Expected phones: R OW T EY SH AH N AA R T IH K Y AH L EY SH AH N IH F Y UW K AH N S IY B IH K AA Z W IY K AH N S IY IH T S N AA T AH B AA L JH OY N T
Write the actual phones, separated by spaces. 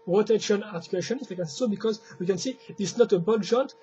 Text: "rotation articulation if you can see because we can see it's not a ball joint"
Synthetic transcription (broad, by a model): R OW T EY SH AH N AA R T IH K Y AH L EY SH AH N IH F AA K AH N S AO B IH K AA Z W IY K AH N S IY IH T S N AA T AH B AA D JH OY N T